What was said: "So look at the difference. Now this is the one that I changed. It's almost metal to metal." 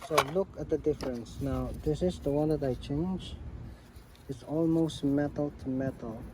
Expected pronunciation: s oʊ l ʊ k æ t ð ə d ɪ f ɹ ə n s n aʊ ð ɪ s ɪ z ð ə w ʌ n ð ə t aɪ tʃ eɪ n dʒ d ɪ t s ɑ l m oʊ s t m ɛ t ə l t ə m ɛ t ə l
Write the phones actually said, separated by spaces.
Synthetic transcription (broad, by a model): s oʊ l ʊ k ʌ t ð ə d ɪ f ɹ ə n s n aʊ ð ɪ s ɪ z ð ə w ʌ n ð ə t aɪ tʃ eɪ n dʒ ɪ t s ɑ l m oʊ s t m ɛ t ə l t ə m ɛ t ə l